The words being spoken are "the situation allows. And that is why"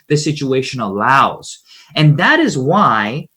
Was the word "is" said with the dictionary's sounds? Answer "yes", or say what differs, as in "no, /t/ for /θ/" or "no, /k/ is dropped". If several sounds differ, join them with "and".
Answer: yes